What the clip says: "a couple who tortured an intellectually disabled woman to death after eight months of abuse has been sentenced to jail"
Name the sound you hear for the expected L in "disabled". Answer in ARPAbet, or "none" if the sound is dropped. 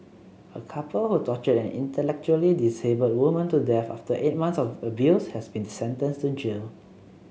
none